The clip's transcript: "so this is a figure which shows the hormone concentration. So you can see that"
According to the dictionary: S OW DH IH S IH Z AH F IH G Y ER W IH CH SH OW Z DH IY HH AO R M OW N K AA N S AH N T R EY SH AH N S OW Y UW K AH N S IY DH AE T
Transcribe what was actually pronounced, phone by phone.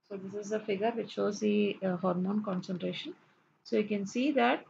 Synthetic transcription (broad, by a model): S OW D IH S IH Z AH F IH G ER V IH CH SH OW Z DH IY HH AO R M OW N K AA N S AH N T R EY SH AH N S OW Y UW K AH N S IY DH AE T